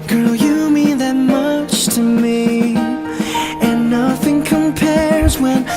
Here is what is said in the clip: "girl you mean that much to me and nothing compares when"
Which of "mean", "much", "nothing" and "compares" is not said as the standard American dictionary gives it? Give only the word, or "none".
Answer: none